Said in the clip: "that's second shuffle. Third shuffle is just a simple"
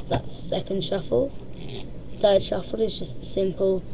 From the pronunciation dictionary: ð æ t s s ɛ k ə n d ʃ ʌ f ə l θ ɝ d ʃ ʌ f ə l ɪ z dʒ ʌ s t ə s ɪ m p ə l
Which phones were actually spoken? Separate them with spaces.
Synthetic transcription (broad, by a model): ð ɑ t s s ɛ k ə n d ʃ ʌ f ə l θ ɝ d ʃ ʌ f ə l ɪ z dʒ ʌ s t ə s ɪ m p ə l